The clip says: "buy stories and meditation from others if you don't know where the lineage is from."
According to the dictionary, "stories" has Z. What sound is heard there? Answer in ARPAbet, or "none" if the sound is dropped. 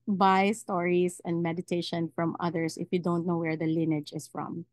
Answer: S